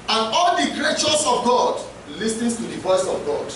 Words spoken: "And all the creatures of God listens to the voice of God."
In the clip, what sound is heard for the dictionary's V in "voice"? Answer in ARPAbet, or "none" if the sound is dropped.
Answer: V